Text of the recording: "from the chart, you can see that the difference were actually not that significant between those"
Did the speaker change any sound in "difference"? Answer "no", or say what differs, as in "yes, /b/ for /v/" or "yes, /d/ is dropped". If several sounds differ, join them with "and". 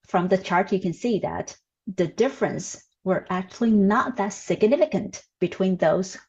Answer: no